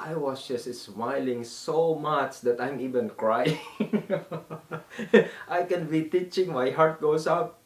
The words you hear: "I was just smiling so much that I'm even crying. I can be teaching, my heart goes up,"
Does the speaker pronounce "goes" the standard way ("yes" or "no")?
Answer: no